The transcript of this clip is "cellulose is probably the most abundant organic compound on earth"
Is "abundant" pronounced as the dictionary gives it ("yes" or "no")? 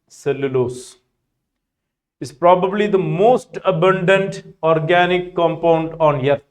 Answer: yes